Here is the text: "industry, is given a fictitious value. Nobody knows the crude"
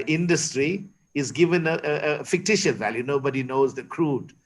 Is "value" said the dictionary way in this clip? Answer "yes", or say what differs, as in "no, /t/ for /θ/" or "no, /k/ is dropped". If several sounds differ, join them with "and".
yes